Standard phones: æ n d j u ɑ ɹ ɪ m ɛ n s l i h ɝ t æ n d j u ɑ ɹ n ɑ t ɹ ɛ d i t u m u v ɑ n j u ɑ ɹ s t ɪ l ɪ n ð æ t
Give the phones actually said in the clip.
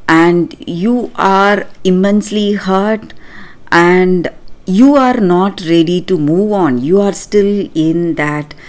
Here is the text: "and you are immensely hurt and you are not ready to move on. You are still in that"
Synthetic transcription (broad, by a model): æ n d j u ɑ ɹ ɪ m ɛ n s l i h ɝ t æ n d j u ɑ ɹ n ɑ t ɹ ɛ d i t u m u v ɑ n j u ɑ ɹ s t ɪ l ɪ n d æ t